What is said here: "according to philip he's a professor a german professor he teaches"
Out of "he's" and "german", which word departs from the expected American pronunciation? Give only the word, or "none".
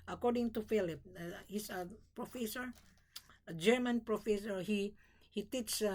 he's